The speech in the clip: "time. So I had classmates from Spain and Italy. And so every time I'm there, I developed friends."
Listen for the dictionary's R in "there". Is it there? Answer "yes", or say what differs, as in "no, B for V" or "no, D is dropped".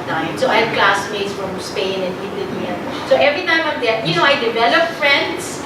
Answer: no, W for R